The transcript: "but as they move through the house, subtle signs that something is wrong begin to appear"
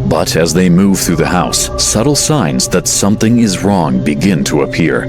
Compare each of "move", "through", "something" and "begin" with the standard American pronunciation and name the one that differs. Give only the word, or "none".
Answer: none